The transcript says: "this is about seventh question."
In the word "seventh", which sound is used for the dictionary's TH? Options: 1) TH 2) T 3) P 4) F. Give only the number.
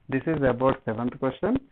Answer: 2